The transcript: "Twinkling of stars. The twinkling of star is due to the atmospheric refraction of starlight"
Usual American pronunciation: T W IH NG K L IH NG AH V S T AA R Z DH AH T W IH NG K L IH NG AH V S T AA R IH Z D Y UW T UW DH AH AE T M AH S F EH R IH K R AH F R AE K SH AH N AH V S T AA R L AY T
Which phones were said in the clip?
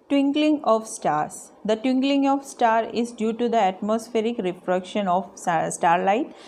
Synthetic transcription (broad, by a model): T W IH NG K L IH NG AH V S T AA R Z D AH T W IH NG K L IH NG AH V S T AA R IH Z D Y UW T UW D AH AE T M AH S F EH R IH K R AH P R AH K SH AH N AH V S T AA R L AY T